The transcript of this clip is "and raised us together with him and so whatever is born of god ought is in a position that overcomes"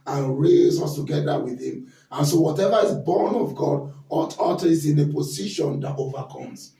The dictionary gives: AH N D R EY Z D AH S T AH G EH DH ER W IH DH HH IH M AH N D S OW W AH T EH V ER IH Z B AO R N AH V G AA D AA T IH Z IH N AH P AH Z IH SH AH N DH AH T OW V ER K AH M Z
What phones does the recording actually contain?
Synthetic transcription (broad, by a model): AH N R EY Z AH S T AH G EH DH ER W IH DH HH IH M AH N S OW W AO T EH V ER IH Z B AO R N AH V G AA D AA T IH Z IH N AH P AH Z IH SH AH N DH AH T OW V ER K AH M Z